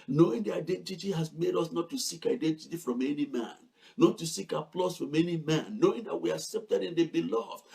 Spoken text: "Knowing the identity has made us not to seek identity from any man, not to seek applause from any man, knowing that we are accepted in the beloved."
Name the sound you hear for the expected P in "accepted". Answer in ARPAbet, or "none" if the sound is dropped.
P